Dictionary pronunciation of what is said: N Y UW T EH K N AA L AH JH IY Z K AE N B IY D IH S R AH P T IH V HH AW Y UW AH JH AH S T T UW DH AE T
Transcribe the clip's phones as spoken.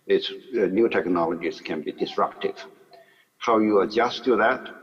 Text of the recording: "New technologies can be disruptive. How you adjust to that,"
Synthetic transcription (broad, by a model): N Y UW T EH K N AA L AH JH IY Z K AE N B IY D IH S R AH P T IH V HH AW Y UW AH JH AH S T T UW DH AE T